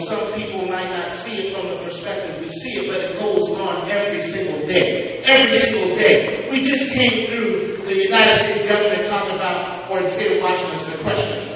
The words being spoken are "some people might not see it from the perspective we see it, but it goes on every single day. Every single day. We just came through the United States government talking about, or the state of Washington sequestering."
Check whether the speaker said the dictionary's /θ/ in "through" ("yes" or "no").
yes